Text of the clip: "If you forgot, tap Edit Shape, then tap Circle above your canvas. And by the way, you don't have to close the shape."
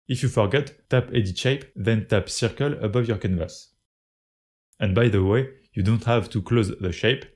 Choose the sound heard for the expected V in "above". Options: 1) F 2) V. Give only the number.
2